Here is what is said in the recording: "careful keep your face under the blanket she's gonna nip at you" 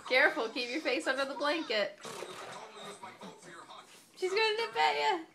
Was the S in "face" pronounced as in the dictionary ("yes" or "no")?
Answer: yes